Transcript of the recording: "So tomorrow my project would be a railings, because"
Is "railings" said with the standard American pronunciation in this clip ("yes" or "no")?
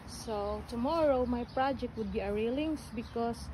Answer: no